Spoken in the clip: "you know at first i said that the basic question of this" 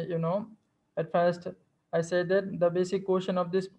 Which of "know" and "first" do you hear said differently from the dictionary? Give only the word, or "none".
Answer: none